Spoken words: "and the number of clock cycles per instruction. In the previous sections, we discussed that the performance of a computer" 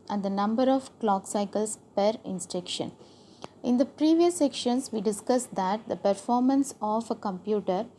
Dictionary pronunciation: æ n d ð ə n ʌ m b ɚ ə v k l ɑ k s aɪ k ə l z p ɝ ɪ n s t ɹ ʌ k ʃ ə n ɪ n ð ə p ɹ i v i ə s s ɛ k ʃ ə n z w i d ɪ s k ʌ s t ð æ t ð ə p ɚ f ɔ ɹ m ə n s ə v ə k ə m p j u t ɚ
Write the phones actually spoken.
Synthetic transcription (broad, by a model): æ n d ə n ʌ m b ɚ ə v k l ɑ k s aɪ k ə l s p ɝ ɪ n s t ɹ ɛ k ʃ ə n ɪ n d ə p ɹ i v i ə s s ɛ k ʃ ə n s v i d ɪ s k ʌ s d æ t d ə p ɚ f ɔ ɹ m ə n s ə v ə k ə m p j u t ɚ